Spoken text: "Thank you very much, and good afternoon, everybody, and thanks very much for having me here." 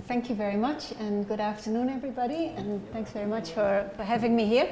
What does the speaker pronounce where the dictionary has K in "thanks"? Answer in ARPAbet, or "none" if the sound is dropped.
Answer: K